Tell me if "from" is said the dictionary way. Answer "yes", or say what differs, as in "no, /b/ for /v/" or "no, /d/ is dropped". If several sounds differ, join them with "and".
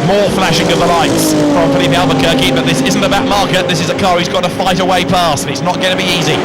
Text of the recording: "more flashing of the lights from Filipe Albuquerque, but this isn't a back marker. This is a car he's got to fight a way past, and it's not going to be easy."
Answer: no, /p/ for /f/